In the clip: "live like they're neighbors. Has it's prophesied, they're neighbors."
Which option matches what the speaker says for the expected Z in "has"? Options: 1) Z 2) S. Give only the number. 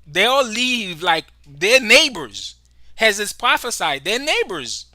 1